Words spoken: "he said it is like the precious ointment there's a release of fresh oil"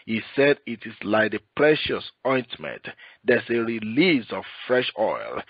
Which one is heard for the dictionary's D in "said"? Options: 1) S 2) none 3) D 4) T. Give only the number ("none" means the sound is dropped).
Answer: 3